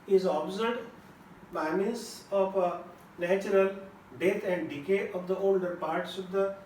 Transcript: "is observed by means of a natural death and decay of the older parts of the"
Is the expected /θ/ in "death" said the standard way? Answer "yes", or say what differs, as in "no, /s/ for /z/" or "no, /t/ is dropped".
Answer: no, /t/ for /θ/